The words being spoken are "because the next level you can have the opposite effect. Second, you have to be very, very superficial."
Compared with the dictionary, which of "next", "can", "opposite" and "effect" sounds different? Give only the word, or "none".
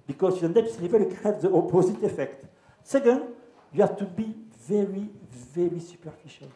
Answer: next